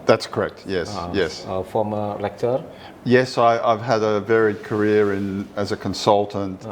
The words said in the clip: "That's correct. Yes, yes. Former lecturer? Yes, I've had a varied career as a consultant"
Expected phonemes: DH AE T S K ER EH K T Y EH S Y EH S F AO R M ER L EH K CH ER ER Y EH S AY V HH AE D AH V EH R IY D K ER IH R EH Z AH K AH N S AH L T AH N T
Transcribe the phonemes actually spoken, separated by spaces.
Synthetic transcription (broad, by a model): DH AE T S K ER EH K T Y EH S Y EH S F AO M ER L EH K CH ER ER Y EH S AY V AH D AH V EH R IY D K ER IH R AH Z AH K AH N S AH L T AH N T